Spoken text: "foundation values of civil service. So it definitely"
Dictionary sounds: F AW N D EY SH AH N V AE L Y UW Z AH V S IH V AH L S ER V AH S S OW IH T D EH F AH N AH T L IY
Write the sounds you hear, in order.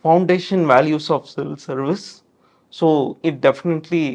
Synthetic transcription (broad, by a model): F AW N D EY SH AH N V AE L Y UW S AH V S IH V AH L S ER V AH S S OW IH T D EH F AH N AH T L IY